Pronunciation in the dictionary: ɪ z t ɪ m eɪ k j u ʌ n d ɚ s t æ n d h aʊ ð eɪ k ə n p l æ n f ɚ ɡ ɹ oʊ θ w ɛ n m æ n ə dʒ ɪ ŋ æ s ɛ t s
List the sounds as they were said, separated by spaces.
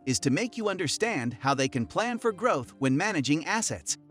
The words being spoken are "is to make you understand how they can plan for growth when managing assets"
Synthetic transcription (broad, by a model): ɪ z t ɪ m eɪ k j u ʌ n d ɚ s t æ n d h aʊ ð eɪ k ə n p l æ n f ɚ ɡ ɹ oʊ θ w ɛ n m æ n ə dʒ ɪ ŋ æ s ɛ t s